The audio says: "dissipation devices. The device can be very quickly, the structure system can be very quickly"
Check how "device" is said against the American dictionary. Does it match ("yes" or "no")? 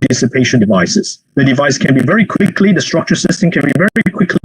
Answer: yes